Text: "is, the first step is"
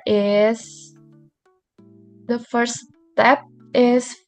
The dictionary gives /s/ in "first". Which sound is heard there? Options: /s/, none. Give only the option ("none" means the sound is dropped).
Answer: none